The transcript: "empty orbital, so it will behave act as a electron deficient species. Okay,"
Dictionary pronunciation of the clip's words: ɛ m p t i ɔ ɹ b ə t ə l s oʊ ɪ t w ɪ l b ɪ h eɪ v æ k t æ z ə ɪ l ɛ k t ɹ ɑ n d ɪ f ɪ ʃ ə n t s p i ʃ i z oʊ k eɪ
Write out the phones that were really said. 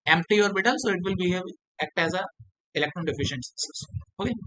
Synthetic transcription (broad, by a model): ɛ m p t i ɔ ɹ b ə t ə l s oʊ ɪ t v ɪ l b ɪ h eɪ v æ k t æ z ə ɪ l ɛ k t ɹ ɑ n d ɪ f ɪ ʃ ə n t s ʌ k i s oʊ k eɪ